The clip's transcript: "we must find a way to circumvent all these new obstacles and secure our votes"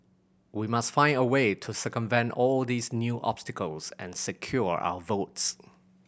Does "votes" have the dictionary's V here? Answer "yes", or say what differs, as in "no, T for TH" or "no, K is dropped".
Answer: yes